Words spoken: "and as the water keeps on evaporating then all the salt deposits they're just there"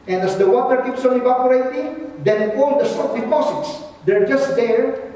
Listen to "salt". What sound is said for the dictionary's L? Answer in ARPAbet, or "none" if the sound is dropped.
none